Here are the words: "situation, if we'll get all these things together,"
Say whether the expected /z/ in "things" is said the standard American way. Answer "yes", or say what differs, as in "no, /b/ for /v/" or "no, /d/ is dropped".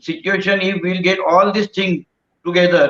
no, /z/ is dropped